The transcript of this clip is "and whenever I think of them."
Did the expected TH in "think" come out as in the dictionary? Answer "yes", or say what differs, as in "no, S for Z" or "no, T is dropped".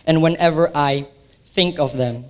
yes